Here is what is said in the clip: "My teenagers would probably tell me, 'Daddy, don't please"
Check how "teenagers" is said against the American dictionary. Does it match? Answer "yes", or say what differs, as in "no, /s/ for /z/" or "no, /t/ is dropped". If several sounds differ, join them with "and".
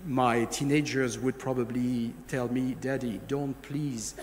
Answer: yes